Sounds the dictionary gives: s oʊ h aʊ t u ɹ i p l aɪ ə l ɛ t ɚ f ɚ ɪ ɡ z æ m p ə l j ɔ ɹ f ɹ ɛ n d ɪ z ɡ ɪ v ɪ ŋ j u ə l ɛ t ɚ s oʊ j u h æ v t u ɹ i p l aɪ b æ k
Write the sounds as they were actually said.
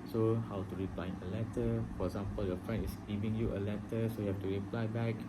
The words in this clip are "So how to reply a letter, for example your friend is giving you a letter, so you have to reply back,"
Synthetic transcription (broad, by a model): s oʊ h aʊ t u ɹ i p l aɪ ə l ɛ t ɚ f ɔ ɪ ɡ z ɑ m p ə l j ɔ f ɹ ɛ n ɪ s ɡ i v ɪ ŋ j u ə l ɛ t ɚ s oʊ j u h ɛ f t u ɹ i p l aɪ b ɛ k